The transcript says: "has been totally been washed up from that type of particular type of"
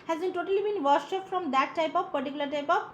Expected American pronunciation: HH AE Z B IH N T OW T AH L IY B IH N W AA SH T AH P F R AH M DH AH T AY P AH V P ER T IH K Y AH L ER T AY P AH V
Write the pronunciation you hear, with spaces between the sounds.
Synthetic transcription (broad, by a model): HH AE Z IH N T OW T AH L IY B IH N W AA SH AH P F R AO M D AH T AY P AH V P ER T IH K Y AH L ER T AY P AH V